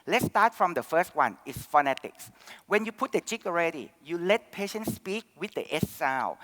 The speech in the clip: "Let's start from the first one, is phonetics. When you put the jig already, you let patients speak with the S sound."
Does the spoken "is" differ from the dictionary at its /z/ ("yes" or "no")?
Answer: yes